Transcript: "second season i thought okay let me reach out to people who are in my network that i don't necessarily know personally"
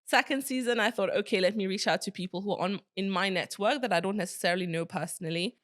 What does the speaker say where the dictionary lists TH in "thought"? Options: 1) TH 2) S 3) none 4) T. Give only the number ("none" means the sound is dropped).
1